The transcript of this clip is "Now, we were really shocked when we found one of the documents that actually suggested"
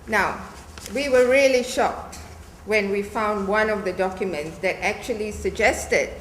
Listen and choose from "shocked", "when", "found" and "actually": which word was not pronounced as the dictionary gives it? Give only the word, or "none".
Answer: none